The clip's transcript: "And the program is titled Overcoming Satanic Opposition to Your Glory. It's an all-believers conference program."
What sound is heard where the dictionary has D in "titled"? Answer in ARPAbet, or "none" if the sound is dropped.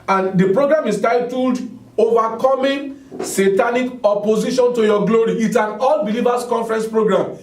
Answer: D